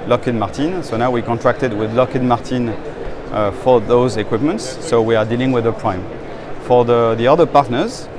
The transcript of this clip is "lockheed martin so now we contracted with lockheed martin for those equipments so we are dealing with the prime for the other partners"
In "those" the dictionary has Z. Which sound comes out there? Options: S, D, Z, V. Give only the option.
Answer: Z